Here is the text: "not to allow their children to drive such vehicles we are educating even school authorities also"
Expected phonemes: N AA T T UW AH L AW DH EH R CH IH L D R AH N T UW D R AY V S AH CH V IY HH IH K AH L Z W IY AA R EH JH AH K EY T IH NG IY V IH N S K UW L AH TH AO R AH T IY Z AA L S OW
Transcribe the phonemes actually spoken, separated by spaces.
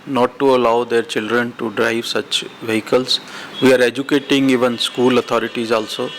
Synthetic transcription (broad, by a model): N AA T T UW AH L AW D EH R CH IH L D R AH N T UW D R AY V S AH CH V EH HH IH K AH L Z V IY AA R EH JH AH K EY T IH NG IY V IH N S K UW L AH T AO R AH T IY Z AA L S OW